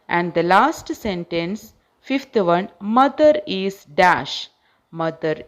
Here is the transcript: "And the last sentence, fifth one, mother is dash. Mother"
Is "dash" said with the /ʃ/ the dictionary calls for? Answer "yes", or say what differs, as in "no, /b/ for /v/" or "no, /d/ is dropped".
yes